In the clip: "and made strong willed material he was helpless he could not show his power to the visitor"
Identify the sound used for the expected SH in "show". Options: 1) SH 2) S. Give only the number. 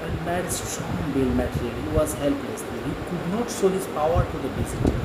2